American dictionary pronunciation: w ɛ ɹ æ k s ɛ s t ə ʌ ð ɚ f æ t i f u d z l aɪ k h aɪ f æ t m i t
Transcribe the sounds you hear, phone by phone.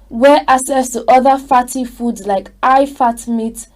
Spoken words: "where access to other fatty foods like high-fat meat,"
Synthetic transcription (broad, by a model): w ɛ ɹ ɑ s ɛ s t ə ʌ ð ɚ f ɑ t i f u d z l aɪ k aɪ f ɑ t m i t